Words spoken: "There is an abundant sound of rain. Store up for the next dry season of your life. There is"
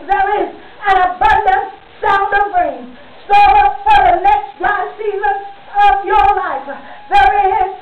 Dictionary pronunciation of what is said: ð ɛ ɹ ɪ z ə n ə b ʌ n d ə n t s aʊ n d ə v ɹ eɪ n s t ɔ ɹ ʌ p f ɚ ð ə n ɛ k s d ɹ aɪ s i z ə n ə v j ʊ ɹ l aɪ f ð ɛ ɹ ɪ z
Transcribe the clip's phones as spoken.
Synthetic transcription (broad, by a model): ð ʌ ɹ ɪ z ə n ə b ʌ n d ə n t s aʊ n d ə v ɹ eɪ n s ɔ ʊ f ɚ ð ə n ɛ k s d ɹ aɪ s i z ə ə v j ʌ ɹ l aɪ f ð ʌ ɹ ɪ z